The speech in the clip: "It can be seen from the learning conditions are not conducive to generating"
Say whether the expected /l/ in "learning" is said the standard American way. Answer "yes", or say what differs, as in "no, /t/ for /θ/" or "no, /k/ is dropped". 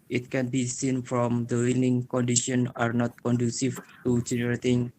no, /w/ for /l/